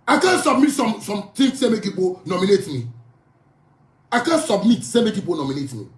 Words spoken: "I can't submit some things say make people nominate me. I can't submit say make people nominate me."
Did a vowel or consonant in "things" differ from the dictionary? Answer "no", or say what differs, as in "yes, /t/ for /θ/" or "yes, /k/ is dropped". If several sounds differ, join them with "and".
yes, /s/ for /θ/